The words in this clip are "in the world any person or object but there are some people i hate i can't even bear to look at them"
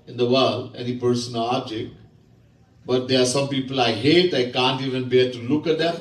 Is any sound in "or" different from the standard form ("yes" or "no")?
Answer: yes